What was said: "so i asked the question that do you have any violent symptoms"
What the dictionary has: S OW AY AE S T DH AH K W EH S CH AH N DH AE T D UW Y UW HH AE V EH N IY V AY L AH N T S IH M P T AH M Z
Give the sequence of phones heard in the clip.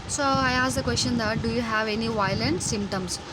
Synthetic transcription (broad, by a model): S OW AY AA S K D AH K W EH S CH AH N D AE T D UW Y UW HH AE V EH N IY V AY L AH N T S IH M P T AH M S